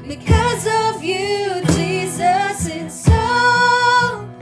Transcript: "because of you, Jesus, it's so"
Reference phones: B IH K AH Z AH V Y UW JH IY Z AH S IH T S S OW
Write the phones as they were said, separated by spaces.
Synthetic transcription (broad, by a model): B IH K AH Z AH V Y UW JH IY Z AH S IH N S S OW